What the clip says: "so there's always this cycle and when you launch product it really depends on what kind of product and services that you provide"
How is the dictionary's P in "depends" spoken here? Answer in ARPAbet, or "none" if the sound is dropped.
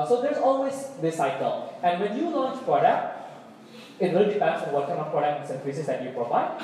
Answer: F